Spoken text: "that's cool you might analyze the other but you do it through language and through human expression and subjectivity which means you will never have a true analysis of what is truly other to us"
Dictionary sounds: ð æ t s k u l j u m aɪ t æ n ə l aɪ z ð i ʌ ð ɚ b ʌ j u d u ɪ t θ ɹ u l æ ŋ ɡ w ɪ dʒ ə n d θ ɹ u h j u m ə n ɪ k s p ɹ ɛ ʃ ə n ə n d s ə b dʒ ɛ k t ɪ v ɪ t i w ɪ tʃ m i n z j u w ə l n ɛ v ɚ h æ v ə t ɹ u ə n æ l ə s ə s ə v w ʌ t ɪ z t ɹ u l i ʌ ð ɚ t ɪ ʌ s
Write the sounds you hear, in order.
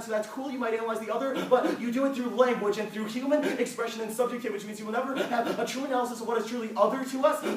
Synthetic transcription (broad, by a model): ð æ t s k u l j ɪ m aɪ t æ n ə l aɪ z ð i ʌ ð ɚ b ʌ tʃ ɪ d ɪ ɪ t θ ɹ u l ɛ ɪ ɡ w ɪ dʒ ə n θ ɹ u h j u m ə n ɪ k s p ɹ ɛ ʃ ə n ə n s ə b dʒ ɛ k t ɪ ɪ w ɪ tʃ m i n z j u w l n ɛ v ɚ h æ v ə t ɹ u ə n æ l ə s ə s ə v w ʌ t ɪ z t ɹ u l i ʌ ð ɚ t ɪ ʌ s